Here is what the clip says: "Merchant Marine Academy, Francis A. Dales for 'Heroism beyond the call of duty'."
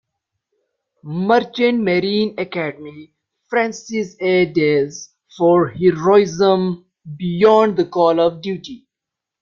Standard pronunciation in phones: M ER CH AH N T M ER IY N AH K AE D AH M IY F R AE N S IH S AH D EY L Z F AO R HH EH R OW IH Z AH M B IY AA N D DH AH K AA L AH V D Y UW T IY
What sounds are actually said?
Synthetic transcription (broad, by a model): M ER CH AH N M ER IY N AH K AE D AH M IY F R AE N S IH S AH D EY Z F AO R HH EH R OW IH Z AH M B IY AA N D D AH K AA L AH V D Y UW T IY